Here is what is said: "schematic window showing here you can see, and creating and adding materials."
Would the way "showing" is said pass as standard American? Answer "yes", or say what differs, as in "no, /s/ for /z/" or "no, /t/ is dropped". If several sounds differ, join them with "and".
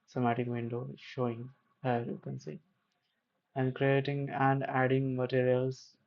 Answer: yes